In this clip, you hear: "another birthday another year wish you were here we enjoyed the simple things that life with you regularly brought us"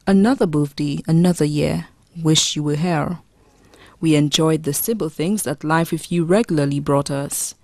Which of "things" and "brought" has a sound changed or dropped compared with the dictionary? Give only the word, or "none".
none